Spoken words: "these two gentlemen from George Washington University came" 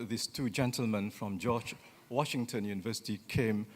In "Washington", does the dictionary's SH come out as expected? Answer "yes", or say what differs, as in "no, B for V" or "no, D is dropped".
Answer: yes